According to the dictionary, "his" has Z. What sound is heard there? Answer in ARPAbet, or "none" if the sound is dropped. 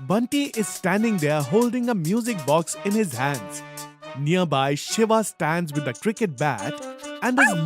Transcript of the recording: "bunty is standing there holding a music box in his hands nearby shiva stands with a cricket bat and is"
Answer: Z